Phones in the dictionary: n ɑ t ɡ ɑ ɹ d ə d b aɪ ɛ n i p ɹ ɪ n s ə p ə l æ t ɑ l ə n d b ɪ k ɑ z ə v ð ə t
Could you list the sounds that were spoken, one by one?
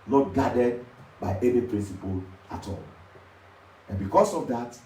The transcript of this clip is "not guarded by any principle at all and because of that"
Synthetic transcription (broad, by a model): n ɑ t ɡ ɑ d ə d b aɪ ɛ n i p ɹ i n s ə p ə l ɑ t ɑ l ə n b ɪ k ɑ s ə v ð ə t